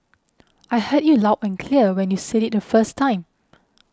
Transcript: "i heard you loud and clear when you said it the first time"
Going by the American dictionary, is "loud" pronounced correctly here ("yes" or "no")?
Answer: no